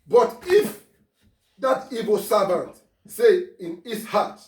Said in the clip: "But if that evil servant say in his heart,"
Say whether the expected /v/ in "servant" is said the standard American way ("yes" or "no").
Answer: no